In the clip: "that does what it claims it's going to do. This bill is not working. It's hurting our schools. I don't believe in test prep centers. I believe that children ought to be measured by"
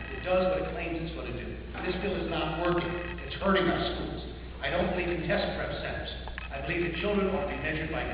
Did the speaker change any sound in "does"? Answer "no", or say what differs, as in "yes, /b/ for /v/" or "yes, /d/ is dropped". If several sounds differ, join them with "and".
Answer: no